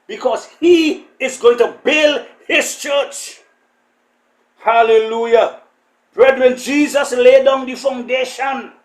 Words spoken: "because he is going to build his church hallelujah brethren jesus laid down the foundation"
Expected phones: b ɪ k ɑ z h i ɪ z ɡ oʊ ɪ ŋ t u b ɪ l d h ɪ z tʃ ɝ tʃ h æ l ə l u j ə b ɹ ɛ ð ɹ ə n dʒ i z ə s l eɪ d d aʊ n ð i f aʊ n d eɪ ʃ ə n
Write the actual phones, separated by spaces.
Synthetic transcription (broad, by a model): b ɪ k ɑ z h i ɪ z ɡ oʊ ɪ ŋ t u b ɪ l d h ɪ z tʃ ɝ tʃ h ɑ l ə l u j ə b ɹ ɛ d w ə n dʒ i z ə s l eɪ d d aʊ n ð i f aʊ n d eɪ ʃ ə n